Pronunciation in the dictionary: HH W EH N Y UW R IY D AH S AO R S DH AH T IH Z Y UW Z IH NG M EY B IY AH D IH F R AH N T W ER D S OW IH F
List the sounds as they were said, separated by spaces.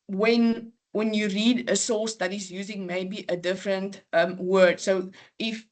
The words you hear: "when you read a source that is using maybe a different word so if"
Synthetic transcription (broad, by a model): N W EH N Y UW R IY D AH S AO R S DH AH T IH Z Y UW Z IH NG M EY B IY AH D IH F R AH N T W ER D S OW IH F